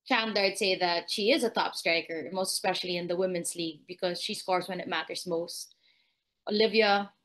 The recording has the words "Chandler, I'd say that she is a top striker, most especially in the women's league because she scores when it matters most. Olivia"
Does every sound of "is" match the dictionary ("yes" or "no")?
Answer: yes